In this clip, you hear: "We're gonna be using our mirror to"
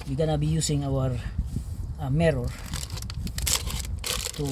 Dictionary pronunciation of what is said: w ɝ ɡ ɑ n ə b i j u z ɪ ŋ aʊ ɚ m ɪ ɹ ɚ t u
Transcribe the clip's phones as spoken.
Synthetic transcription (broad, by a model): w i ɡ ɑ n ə b i j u s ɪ ŋ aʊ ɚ m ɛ ɹ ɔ t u